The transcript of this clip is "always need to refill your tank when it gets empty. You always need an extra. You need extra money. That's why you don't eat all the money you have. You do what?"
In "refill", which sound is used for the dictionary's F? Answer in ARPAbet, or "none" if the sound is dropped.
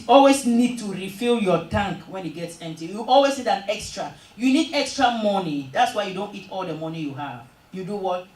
F